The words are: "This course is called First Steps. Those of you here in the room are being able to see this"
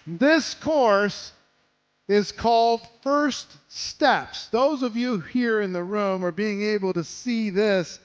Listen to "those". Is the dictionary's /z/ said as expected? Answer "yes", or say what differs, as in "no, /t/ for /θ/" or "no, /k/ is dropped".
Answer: yes